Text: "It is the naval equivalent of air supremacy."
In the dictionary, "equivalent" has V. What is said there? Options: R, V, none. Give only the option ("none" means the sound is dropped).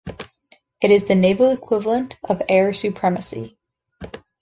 V